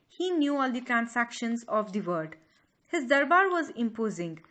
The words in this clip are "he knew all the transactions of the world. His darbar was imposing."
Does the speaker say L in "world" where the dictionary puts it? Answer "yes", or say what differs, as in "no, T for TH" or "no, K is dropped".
no, L is dropped